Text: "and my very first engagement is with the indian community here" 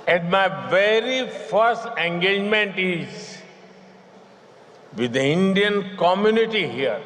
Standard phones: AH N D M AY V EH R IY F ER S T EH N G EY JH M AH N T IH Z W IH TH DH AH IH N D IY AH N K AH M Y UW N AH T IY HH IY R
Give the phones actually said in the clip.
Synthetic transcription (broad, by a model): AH N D M AY V EH R IY F ER S T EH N G EY JH M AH N T IH Z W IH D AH IH N D IY AH N K AH M Y UW N AH T IY HH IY R